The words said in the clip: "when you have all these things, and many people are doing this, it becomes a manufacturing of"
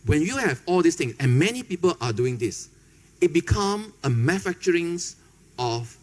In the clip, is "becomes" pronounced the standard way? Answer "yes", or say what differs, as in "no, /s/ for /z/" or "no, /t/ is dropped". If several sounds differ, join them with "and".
no, /z/ is dropped